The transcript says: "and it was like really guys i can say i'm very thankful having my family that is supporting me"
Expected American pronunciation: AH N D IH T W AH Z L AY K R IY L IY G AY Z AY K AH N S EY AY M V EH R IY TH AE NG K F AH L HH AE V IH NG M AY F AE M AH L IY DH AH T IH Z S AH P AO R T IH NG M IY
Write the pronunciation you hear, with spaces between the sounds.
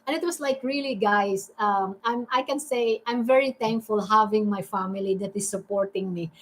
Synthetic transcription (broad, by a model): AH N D IH T W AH S L AY K R IY L IY G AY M AY K AH N S EY AY M V EH R IY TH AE NG K F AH L HH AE V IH NG M AY F AE M AH L IY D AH T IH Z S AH P AO R T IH NG M IY